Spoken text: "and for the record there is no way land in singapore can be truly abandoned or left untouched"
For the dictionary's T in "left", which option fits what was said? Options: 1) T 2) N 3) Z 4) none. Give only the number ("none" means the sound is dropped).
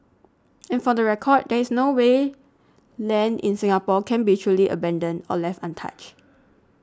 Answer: 1